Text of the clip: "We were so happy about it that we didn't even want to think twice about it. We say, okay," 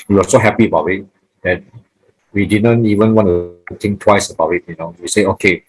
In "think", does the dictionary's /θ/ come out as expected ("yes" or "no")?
no